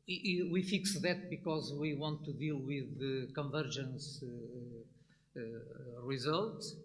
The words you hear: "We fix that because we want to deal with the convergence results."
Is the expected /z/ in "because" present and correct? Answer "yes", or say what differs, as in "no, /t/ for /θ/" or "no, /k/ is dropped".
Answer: yes